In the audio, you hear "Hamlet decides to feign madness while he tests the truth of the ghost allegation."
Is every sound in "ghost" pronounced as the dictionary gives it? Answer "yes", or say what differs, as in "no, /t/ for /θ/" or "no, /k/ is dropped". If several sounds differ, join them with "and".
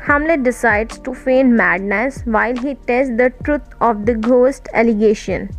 yes